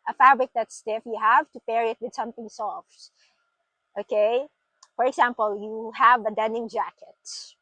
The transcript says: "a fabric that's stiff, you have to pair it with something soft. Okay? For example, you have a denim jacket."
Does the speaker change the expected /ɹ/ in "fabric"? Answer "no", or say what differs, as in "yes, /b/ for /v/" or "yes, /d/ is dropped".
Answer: no